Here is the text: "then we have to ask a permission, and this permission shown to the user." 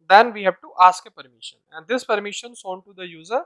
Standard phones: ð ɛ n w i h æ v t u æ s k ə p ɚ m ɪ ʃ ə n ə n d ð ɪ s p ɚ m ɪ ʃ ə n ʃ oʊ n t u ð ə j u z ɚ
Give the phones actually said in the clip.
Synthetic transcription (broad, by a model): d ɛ n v i h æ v t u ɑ s k ə p ɚ m ɪ ʃ ə n ə n d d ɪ s p ɚ m ɪ ʃ ə n s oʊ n t u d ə j u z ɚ